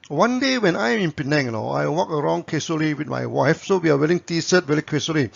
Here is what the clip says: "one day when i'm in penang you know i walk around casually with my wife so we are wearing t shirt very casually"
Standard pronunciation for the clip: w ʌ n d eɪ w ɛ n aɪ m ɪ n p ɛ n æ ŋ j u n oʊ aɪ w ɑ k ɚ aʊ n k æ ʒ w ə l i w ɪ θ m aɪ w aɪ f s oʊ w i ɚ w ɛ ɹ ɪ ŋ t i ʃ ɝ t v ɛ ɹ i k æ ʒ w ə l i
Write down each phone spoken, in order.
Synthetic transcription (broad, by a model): w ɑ n d eɪ w ɛ n aɪ m ɪ n p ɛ n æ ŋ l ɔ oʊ aɪ w ɑ k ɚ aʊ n k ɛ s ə l i w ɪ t m aɪ w aɪ f s oʊ w i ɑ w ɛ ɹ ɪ ŋ t i s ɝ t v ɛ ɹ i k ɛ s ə l i